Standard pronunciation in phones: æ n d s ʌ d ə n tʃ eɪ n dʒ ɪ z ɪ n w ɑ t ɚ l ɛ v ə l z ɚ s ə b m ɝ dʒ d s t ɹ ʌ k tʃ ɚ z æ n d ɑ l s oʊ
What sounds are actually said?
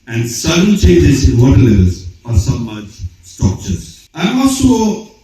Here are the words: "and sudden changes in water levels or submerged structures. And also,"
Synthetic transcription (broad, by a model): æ n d s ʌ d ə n tʃ eɪ n dʒ ɪ z ɪ n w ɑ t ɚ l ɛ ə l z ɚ s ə m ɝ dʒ s t ɹ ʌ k tʃ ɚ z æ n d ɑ l s oʊ